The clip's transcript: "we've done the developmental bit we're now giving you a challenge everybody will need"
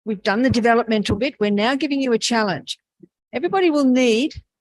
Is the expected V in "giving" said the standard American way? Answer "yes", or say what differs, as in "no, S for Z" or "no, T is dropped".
yes